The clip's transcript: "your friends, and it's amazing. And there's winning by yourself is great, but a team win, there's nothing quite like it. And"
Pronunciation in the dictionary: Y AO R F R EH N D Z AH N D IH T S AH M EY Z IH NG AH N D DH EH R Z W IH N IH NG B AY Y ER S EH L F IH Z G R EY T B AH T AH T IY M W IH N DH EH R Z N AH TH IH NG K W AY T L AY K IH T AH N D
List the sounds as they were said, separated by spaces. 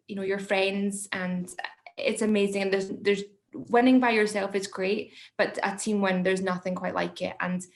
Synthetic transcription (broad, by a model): Y AO R F R EH N D Z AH N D IH T S AH M EY Z IH NG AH N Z DH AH R Z W IH N IH NG B AY Y ER S EH L F IH Z G R EY T B AH T AH T IY M W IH N DH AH R Z N AH TH IH NG K W AY T L AY K IH T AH N